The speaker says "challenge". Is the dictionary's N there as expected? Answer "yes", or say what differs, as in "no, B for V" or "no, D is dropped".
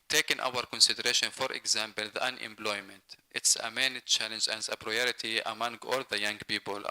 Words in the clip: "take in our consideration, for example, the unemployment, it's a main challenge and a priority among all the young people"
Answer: yes